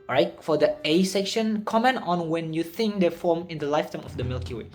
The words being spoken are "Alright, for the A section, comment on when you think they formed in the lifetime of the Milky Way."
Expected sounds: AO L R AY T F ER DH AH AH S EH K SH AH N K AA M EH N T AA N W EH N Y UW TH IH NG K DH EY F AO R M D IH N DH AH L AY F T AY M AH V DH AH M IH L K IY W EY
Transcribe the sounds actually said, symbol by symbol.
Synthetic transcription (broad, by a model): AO R AY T F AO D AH AH S EH K SH AH N K AA M EH N T AA N W EH N Y UW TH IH NG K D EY F AO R M IH N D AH L AY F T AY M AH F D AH M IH L K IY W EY